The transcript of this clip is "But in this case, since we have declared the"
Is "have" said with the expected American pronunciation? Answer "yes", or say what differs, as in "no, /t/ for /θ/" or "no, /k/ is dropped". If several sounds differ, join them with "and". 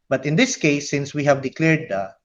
yes